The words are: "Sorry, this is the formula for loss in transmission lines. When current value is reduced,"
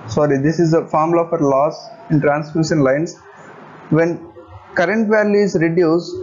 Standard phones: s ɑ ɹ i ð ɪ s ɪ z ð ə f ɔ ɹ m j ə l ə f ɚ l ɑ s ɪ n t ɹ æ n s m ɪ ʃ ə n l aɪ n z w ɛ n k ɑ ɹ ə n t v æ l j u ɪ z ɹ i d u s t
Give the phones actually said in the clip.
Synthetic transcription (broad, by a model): s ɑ ɹ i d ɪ s ɪ z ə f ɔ ɹ m l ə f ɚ l ɑ s ɪ n t ɹ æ n s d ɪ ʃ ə n l aɪ n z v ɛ n k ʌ ɹ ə n t v æ l j u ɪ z ɹ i d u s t